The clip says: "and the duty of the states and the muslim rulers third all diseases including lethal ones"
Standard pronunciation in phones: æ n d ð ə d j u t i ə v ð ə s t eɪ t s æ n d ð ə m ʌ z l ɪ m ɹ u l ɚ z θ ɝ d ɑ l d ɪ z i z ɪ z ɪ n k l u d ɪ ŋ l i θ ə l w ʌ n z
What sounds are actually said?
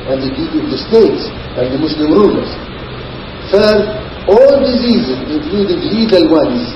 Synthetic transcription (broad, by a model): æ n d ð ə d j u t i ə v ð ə s t eɪ t s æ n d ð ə m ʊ s l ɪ m ɹ u l ɚ z f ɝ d ɑ l d ɪ z i z ɪ z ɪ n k l u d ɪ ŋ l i t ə l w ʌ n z